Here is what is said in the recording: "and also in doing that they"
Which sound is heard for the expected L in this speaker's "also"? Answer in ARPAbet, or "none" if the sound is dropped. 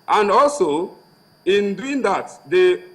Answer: L